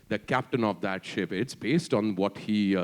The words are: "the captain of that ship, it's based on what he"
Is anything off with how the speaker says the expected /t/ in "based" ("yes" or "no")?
no